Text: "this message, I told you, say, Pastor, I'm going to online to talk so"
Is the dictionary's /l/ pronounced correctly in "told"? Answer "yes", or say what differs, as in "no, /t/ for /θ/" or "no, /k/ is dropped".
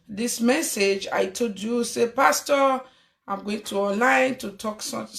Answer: no, /l/ is dropped